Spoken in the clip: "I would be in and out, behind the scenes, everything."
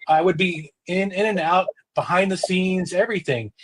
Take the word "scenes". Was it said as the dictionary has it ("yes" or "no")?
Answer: yes